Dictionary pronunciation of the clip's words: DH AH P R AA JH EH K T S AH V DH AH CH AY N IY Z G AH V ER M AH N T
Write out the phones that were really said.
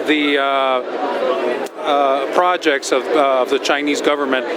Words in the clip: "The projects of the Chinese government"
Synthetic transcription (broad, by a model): DH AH P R AA JH EH K T S AH V DH AH CH AY N IY Z G AH V ER M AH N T